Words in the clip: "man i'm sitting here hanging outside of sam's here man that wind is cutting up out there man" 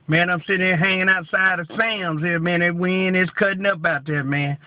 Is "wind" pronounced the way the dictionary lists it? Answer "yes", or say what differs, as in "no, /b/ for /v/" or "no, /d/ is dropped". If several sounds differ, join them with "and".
no, /d/ is dropped